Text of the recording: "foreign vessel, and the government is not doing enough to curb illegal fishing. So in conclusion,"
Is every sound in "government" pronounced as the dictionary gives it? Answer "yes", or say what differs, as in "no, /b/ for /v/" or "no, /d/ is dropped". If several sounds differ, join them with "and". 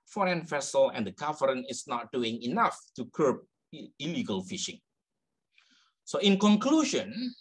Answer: no, /m/ is dropped and /t/ is dropped